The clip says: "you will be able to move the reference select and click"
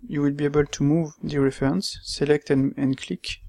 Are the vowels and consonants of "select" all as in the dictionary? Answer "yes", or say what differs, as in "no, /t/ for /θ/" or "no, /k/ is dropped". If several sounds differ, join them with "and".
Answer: yes